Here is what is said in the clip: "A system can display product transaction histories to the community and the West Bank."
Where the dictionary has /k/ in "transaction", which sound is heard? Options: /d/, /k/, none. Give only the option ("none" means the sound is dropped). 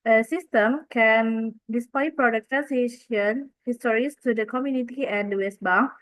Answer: none